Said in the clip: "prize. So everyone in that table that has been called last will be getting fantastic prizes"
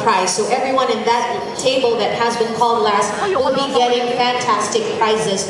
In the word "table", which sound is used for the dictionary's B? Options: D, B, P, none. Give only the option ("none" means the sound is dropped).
B